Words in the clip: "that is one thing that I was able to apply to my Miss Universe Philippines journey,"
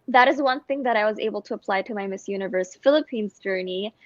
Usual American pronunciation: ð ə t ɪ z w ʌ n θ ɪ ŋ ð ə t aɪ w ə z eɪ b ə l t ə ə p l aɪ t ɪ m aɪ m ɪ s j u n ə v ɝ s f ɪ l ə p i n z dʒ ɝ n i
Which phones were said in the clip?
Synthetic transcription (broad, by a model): ð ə t ɪ z w ʌ n θ ɪ ŋ ð ə t aɪ w ə z eɪ b l t ə ə p l aɪ t ɪ m aɪ m ɪ s j u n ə v ɝ s f ɪ l ə p i n z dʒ ɝ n i